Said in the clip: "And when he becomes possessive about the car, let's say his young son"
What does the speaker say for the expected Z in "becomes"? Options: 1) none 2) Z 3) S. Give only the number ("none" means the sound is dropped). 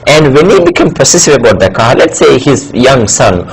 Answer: 1